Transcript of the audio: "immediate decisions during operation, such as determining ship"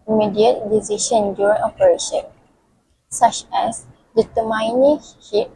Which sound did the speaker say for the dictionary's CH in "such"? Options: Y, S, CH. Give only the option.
CH